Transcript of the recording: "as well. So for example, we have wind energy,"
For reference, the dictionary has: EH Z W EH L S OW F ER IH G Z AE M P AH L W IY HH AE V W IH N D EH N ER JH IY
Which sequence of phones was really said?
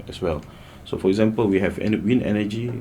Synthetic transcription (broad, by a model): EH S W EH L S OW F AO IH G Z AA M P AH L W IY HH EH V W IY N EH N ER JH IY